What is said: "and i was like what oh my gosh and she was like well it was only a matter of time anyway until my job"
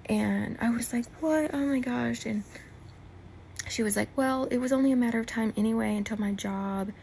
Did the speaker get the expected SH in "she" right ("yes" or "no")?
yes